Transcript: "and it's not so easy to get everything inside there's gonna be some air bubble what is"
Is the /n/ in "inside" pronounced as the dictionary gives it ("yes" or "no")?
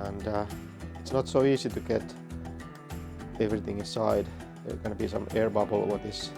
yes